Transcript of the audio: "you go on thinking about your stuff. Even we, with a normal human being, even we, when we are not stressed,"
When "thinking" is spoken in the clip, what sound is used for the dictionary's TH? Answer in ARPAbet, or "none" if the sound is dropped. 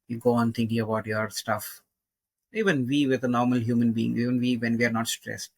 T